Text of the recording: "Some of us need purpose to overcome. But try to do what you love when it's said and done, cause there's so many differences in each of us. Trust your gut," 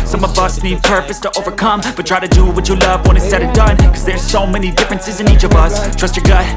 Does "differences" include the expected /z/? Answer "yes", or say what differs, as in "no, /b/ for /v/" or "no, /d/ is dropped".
yes